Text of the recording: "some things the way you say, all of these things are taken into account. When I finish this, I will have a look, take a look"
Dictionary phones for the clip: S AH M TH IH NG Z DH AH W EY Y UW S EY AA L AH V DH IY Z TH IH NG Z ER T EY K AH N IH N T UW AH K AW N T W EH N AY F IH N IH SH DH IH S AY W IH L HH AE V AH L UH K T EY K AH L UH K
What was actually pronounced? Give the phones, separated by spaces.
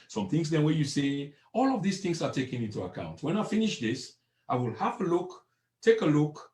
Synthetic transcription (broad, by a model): S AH M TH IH NG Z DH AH W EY Y UW S EY AA L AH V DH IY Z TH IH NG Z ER T EY K AH N IH N T UW AH K AW N T W EH N AY F IH N IH SH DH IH S AY W IH L HH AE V AH L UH K T EY K AH L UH K